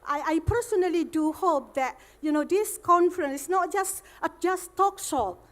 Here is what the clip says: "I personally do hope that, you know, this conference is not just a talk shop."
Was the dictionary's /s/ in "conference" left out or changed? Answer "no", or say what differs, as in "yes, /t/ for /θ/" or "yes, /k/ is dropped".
no